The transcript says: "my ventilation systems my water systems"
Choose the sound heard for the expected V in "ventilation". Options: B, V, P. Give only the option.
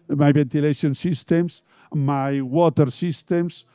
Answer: B